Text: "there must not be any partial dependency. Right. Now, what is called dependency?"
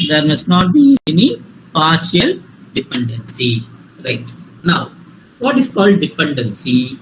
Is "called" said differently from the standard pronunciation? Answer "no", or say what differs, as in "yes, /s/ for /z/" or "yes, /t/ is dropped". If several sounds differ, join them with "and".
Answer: no